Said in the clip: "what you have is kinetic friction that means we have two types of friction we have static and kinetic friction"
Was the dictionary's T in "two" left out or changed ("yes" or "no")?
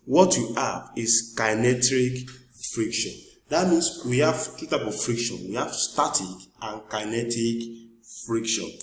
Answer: no